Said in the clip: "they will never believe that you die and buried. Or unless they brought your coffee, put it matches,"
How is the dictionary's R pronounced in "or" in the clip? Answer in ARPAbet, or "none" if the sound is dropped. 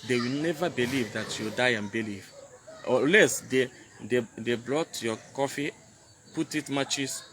L